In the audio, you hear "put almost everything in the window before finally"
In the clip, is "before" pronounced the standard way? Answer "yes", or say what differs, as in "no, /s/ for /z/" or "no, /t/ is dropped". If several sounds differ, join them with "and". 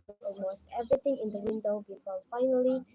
no, /l/ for /ɹ/